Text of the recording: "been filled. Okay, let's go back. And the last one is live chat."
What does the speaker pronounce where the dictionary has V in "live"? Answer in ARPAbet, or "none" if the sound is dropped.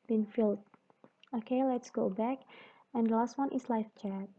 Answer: F